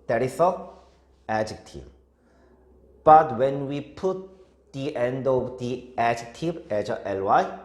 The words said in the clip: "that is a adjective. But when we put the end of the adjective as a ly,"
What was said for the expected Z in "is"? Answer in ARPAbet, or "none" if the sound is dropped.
S